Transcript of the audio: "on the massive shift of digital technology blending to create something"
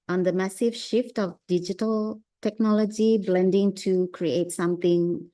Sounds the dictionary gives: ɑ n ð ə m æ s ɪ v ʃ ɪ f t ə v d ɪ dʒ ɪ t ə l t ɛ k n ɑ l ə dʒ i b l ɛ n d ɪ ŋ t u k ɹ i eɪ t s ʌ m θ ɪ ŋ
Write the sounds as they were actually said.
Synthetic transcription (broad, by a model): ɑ n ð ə m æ s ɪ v ʃ ɪ f t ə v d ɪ dʒ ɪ t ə l t ɛ k n ɑ l ə dʒ i b l ɛ n d ɪ ŋ t u k ɹ i eɪ t s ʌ m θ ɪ ŋ